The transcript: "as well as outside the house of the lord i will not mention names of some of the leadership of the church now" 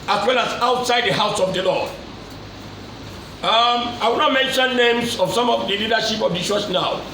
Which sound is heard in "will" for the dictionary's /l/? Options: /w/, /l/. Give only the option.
/w/